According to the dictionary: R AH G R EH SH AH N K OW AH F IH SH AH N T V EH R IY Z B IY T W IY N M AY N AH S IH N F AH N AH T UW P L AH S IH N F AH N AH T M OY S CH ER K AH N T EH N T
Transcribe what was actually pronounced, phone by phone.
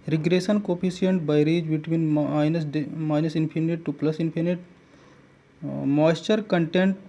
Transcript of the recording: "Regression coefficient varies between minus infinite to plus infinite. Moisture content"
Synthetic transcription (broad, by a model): R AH G R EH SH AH N K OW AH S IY AH N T B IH R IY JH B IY T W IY N M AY N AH S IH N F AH N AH T UW P L AH S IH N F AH N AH T M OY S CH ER K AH N T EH N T